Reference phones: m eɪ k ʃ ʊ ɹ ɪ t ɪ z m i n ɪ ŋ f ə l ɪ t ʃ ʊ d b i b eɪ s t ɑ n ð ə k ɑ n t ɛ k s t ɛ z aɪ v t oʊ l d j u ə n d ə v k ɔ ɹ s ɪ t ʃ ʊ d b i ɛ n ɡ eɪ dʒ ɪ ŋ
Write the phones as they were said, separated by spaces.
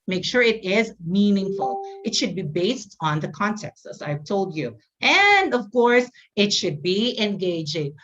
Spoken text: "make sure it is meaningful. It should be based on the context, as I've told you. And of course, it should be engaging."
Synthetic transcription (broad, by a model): m eɪ k ʃ ʊ ɹ ɪ t ɪ z m i n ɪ ŋ f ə l ɪ t ʃ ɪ d b i b eɪ s t n ð ə k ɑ n t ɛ k s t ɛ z aɪ v t oʊ l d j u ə n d ə v k ɔ ɹ s ɪ t ʃ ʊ d b i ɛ n ɡ eɪ dʒ ɪ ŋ